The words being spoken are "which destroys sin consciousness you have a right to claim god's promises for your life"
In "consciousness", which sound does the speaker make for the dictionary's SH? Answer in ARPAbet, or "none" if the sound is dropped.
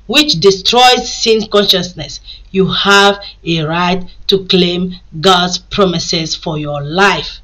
SH